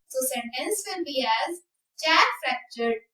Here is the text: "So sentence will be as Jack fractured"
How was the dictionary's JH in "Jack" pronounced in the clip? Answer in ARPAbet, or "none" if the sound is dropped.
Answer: CH